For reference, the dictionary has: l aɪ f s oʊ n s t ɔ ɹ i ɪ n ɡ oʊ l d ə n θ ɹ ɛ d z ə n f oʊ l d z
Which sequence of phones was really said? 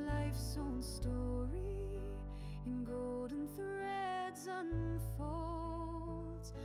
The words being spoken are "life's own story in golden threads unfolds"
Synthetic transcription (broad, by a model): l aɪ f s oʊ n s t ɔ ɹ i ɪ n ɡ oʊ l d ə n θ ɹ ɛ d z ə n f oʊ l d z